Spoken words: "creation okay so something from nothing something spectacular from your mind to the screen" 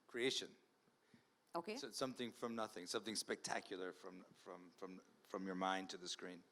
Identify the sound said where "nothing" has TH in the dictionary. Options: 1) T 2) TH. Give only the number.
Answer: 2